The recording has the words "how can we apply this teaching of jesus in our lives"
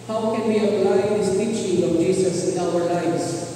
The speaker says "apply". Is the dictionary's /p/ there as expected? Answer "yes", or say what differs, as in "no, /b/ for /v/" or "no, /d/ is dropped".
no, /b/ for /p/